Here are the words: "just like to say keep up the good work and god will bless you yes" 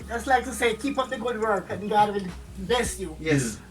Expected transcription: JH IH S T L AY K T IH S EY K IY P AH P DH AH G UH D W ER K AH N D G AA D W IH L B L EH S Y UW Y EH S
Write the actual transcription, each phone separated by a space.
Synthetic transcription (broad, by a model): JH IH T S L AY K T IH S EY K IY P AH P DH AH G UH D W ER K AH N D G AA D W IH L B EH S Y UW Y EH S